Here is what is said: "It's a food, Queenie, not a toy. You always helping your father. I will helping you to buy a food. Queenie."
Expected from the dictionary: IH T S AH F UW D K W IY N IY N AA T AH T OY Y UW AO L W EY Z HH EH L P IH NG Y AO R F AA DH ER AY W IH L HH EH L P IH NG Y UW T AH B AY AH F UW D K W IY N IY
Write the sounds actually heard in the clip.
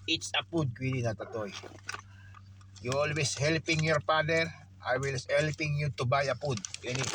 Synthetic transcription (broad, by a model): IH T S AH P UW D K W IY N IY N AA T AH T OY Y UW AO L W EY S HH EH L P IH NG Y AO R P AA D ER AY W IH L HH EH L P IH NG Y UW T AH B AY AH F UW D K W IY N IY